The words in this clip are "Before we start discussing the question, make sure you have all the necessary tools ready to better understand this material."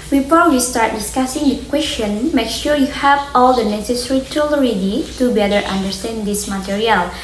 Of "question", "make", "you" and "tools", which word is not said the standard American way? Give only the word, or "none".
tools